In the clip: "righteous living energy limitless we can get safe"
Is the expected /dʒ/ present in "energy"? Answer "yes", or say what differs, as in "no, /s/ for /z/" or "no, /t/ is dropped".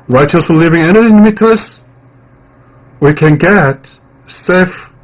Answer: no, /dʒ/ is dropped